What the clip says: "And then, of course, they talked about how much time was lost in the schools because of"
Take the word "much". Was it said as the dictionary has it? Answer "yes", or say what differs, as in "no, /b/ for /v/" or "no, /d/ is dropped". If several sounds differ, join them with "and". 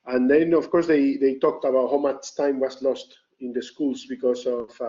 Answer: no, /s/ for /tʃ/